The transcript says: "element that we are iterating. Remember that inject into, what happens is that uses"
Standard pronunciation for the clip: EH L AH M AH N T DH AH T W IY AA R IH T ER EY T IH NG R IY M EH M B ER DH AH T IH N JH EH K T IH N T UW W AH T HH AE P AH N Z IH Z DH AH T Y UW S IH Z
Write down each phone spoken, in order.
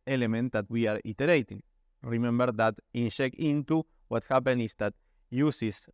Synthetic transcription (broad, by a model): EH L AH M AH N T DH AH T W IY AA R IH T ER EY T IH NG R IY M EH M B ER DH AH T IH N SH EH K IH N T UW W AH T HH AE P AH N IH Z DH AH T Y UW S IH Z